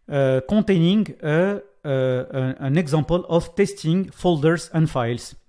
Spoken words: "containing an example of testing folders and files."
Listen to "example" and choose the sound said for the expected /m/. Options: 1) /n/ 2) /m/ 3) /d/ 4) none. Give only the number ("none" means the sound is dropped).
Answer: 4